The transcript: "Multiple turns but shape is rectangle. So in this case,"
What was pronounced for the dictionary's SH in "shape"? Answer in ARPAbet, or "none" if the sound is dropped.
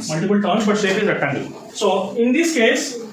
S